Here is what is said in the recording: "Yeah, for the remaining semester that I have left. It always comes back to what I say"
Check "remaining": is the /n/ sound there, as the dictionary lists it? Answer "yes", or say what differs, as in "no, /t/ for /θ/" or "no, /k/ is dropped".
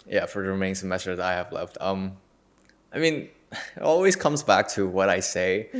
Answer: no, /n/ is dropped